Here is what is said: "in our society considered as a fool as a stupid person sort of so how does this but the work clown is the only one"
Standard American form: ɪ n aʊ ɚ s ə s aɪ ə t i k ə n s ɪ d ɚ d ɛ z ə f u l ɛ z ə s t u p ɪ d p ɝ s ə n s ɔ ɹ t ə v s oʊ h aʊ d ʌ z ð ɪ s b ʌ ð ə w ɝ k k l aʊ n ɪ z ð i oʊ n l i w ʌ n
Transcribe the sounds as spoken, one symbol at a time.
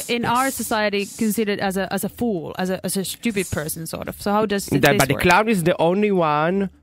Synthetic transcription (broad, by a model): ɪ n aʊ ɚ s ə s aɪ ə t i k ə n s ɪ d ɚ d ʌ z ə f u l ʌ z ə s t u p ɪ d p ɝ s ə n s ɔ ɹ t ə v s oʊ h aʊ d ʌ z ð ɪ b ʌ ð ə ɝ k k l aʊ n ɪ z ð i oʊ n l i w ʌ n